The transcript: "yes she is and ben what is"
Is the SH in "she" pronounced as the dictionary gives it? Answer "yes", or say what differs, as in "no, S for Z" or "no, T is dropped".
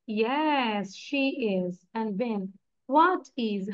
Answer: yes